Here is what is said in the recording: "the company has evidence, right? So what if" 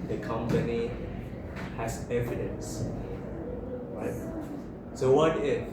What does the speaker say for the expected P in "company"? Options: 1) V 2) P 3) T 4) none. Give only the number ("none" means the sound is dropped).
2